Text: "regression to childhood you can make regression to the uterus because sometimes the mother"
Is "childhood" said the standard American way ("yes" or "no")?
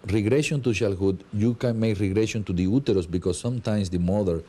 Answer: no